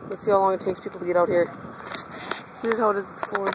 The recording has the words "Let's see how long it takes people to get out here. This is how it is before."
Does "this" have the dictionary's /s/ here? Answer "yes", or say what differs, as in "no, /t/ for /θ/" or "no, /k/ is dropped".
no, /s/ is dropped